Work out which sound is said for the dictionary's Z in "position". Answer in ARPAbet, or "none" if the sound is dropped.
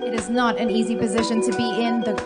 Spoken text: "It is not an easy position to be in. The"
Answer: Z